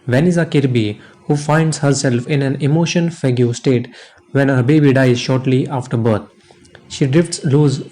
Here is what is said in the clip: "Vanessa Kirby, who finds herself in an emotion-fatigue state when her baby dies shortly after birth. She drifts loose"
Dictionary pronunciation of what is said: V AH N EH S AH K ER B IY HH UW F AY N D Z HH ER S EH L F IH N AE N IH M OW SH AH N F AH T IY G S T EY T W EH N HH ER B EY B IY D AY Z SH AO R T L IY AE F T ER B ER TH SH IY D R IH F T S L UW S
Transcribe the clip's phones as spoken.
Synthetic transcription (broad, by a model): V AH N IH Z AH K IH B IY HH UW F AY N D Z HH ER S EH L F IH N AE N IH M OW SH AH N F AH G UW S T EY T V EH N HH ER B EY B IY D AY Z SH AO R T L IY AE F T ER B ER T SH IY D R IH F T S L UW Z